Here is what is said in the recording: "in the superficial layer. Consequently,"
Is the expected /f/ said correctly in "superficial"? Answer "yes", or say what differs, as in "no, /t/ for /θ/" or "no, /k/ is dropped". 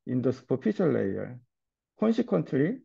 no, /p/ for /f/